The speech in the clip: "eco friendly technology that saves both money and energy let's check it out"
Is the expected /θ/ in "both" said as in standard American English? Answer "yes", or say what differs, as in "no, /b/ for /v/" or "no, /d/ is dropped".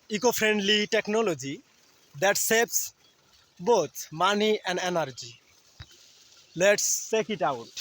no, /t/ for /θ/